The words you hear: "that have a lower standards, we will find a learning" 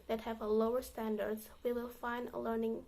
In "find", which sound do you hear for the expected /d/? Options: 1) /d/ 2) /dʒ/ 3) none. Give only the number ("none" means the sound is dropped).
1